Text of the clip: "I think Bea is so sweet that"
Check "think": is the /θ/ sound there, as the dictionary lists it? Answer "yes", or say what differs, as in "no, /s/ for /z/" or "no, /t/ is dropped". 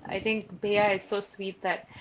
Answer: no, /t/ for /θ/